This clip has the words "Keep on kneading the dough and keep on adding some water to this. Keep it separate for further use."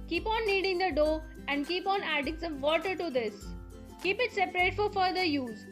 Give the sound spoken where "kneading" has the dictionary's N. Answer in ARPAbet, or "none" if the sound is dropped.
L